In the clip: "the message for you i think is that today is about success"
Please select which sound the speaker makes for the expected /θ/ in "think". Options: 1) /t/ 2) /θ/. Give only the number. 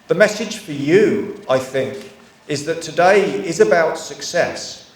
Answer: 2